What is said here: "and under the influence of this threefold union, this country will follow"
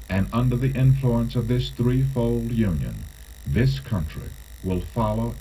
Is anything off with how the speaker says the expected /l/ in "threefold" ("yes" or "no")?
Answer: no